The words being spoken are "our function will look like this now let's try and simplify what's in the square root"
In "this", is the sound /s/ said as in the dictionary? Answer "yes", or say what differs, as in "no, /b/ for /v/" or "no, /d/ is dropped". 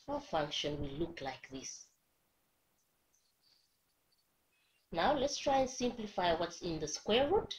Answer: yes